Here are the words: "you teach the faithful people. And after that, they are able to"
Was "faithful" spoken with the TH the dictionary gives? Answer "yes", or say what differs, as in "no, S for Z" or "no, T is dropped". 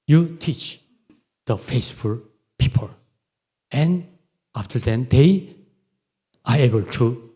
no, S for TH